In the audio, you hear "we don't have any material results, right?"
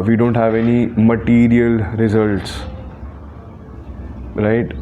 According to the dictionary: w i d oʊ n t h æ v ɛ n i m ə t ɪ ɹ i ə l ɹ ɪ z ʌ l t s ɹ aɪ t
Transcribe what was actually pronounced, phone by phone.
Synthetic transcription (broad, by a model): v i d oʊ n t h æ v ɛ n i m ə t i ɹ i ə l ɹ ɪ z ʌ l t s ɹ aɪ t